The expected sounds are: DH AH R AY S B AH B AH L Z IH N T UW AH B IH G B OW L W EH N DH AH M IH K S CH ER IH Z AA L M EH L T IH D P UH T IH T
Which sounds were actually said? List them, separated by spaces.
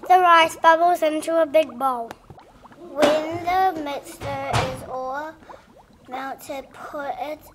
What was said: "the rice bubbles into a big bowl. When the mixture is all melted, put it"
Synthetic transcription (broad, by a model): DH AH R AY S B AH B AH L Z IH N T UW AH B IH G B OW L W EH N DH AH M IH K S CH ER IH Z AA M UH N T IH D P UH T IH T